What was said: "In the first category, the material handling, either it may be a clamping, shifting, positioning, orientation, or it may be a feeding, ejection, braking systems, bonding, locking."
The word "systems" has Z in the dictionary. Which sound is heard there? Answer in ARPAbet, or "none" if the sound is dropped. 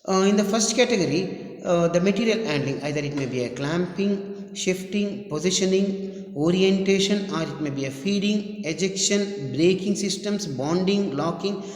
S